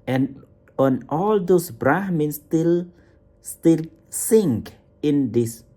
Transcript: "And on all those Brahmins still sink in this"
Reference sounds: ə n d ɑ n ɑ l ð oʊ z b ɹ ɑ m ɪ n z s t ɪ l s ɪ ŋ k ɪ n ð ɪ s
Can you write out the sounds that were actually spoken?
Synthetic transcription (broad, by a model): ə n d ɑ n ɑ l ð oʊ s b ɹ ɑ m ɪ n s s t ɪ l s ɪ ŋ k ɪ n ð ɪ s